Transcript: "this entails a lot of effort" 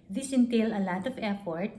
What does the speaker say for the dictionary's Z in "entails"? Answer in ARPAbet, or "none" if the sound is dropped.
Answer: none